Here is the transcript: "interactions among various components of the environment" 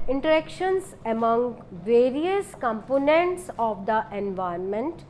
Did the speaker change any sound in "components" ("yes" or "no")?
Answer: no